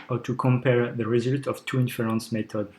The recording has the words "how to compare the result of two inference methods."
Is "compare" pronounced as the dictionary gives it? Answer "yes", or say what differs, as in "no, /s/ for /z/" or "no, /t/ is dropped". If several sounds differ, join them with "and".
yes